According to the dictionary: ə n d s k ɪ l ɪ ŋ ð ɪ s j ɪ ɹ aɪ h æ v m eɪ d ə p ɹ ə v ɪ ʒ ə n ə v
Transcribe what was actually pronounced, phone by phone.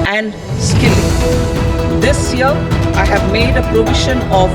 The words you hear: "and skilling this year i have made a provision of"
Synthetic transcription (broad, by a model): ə n d s k ɪ l ɪ ŋ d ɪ s j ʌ ɹ aɪ h æ v m eɪ d ə p ɹ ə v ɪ ʃ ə n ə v